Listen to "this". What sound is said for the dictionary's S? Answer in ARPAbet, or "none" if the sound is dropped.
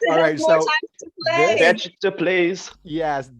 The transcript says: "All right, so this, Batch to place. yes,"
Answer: none